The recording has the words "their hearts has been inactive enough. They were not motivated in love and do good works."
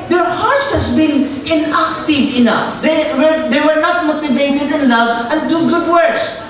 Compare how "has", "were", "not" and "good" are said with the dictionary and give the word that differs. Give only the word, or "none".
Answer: has